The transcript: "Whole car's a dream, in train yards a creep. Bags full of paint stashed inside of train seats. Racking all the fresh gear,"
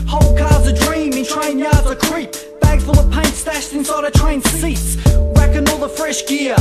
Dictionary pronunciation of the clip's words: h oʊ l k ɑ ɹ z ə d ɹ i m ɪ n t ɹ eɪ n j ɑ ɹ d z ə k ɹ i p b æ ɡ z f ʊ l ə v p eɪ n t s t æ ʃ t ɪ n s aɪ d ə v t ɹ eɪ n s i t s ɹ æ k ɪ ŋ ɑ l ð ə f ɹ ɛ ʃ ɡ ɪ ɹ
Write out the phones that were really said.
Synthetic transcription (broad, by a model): h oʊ l k ɑ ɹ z ə d ɹ i m ɪ n t ɹ eɪ n j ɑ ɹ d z ə k ɹ i p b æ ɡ f ʊ l ə v p eɪ n t s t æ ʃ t ɪ n s aɪ d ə t ɹ eɪ n s i t s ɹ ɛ k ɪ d ɑ l ð ə f ɹ ɛ ʃ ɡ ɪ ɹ